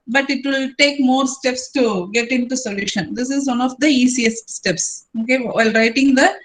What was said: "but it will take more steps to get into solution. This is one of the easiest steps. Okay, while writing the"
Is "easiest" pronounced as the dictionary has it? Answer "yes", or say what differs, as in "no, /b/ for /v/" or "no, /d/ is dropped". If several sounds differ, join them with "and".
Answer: no, /s/ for /z/